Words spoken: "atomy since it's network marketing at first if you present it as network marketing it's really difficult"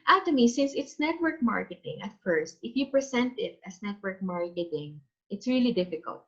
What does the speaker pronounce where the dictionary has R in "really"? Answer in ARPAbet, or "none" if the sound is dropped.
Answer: R